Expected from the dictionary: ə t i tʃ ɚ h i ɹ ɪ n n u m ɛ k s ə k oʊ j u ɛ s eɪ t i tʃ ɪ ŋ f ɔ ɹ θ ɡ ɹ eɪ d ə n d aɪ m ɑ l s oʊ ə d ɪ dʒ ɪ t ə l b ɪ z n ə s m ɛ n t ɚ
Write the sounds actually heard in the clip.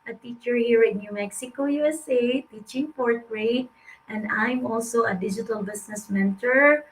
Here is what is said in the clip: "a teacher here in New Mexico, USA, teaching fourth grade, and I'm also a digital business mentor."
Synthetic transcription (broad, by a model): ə t i tʃ ɚ h i ɹ ɪ n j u m ɛ k s ə k oʊ j u ɛ s eɪ t i tʃ ɪ ŋ p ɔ ɹ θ ɹ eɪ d ə n d aɪ m ɑ l s oʊ ə d ɪ dʒ ɪ t ə l b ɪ s n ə s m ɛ n t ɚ